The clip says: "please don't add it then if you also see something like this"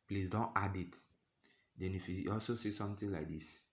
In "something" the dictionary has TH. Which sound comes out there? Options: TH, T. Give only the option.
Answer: T